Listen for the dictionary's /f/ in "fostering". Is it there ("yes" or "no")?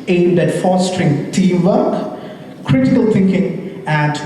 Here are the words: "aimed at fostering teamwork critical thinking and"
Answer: yes